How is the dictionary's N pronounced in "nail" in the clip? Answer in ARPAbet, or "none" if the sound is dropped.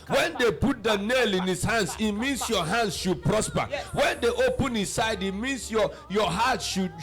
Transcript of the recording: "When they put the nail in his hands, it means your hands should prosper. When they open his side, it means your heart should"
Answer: N